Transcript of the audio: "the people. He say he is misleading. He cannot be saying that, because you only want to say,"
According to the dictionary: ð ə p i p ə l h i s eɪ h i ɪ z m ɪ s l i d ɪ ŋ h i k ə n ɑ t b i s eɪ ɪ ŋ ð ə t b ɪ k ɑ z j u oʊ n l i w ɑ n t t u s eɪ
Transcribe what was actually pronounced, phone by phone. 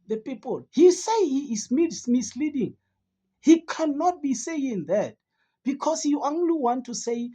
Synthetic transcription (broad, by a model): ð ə p i p ə l h i s eɪ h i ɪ s m ɪ s l i d ɪ ŋ h i k ə n ɑ t b i s eɪ ɪ ŋ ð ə t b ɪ k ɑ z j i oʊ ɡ l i w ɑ n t t u s eɪ